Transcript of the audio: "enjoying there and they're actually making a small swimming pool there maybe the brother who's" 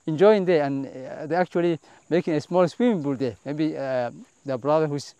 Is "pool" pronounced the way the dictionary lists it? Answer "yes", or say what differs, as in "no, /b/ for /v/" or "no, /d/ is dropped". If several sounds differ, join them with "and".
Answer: no, /b/ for /p/